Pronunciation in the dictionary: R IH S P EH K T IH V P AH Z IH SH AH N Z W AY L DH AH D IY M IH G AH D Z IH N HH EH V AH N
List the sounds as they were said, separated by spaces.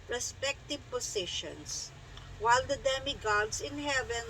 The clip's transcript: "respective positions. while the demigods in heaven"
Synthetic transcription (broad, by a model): R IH S P EH K T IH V P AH S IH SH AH N S W AY L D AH D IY M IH G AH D S IH N HH EH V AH N